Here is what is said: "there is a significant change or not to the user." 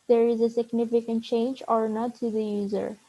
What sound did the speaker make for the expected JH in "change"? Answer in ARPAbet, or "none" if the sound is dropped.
JH